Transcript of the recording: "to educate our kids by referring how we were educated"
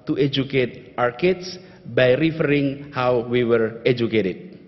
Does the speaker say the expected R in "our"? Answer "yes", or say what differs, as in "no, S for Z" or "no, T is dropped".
yes